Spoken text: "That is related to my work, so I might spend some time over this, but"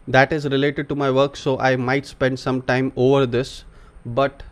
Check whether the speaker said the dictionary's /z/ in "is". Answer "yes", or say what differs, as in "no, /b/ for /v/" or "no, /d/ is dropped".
yes